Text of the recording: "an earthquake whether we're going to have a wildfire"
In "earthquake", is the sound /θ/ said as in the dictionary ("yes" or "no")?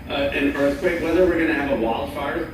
yes